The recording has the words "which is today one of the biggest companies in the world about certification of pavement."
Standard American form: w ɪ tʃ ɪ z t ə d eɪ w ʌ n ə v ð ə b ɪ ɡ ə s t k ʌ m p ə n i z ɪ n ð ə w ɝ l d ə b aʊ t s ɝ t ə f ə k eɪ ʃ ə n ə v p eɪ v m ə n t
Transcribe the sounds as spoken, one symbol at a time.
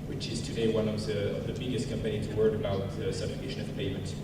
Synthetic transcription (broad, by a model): w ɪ tʃ ɪ z t ə d eɪ w ʌ n ə v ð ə b ɪ ɡ ə s t k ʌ m p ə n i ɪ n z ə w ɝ d ə b aʊ t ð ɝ s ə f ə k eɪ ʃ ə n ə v p eɪ m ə n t